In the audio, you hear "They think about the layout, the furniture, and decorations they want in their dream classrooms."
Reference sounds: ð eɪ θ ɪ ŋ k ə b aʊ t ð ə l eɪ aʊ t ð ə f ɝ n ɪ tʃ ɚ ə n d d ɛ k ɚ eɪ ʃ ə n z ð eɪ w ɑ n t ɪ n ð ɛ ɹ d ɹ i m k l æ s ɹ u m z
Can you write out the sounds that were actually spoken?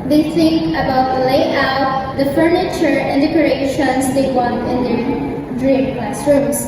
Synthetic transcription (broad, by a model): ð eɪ s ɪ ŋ ə b aʊ t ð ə l eɪ aʊ t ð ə f ɝ n ɪ tʃ ɚ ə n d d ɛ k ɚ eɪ ʃ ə n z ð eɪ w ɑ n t ɪ n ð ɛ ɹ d ɹ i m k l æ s ɹ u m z